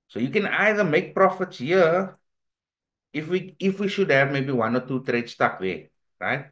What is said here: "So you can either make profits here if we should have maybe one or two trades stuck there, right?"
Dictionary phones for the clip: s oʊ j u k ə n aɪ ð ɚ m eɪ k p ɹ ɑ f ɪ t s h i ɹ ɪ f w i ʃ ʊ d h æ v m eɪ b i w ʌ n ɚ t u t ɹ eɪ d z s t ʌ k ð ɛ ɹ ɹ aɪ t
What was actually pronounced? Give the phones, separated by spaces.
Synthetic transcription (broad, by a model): s oʊ j u k ə n aɪ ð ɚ m eɪ k p ɹ ɑ f ɪ t s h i w ɪ f w i ʃ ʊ d h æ v m eɪ b i w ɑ n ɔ t u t ɹ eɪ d s t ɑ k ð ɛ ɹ ɹ aɪ t